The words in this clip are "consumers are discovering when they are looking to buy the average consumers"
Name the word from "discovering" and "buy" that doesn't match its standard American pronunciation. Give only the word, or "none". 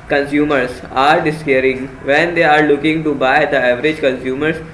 discovering